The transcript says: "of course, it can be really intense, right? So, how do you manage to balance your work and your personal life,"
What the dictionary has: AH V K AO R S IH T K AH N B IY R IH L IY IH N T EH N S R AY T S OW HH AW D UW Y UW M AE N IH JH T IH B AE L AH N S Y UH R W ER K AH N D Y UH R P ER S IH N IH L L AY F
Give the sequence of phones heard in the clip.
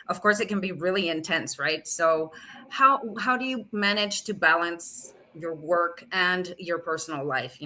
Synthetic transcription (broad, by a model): AH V K AO R S IH T K AH N B IY R IH L IY IH N T EH N S R AY T S OW HH AW D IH Y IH M AE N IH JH T IH B AE L AH N S Y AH R W ER K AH N Y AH R P ER S N L L AY F